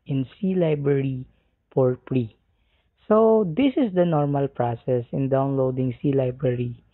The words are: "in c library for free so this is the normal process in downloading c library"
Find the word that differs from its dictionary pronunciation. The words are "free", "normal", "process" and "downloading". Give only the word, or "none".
free